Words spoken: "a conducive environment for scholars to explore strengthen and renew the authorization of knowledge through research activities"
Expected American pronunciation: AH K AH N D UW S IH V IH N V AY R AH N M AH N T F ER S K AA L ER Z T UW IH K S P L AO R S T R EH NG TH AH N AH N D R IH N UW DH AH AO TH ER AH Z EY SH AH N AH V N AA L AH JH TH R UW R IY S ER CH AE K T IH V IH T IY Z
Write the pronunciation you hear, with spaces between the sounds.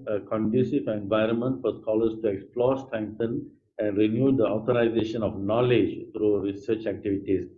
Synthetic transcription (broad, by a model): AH K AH N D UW S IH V IH N V AY R AH N M AH N T F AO S K AA L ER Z T UW IH K S P L AO R S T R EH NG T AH N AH N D R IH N UW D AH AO T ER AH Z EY SH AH N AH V N AA L AH JH T R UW R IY S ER CH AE K T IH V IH T IY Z